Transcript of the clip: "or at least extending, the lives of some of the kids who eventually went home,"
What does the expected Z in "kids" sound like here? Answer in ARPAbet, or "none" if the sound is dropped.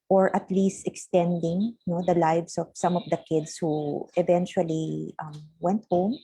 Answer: S